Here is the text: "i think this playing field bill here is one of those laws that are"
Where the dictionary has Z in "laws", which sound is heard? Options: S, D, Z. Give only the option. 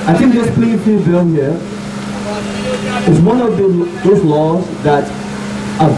Z